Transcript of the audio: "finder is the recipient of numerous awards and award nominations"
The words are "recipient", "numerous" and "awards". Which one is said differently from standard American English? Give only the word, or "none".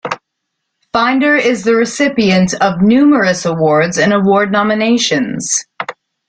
none